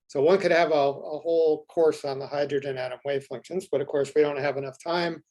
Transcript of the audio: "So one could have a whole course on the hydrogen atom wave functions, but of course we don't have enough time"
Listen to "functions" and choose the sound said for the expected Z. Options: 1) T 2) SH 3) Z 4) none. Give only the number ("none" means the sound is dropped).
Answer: 3